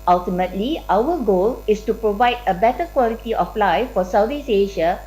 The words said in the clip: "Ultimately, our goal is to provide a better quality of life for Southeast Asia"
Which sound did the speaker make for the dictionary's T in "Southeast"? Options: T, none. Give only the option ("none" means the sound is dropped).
none